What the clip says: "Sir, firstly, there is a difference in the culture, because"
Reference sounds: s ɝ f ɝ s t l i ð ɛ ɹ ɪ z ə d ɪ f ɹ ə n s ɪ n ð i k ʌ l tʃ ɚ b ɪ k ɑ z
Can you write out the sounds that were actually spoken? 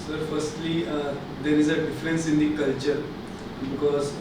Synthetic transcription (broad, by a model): s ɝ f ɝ s t l i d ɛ ɹ ɪ z ə d ɪ f ɹ ə n s ɪ n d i k ʌ l tʃ ɚ b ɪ k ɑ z